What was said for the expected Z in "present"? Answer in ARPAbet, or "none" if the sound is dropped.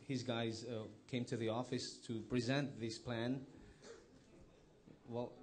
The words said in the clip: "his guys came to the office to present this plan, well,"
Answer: Z